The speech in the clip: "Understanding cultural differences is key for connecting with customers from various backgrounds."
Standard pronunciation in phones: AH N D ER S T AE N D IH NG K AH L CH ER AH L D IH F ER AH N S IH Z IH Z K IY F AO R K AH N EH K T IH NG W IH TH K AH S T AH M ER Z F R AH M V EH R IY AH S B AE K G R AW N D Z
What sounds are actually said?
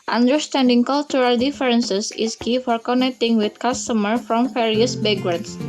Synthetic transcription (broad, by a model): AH N D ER S T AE N D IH NG K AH L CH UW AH L D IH F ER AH N S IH S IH S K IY F AO R K AH N EH K T IH NG W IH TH K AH S T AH M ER F R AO M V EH R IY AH S B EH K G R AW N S